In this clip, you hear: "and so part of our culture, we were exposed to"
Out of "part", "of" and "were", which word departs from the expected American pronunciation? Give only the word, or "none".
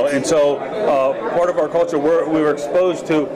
none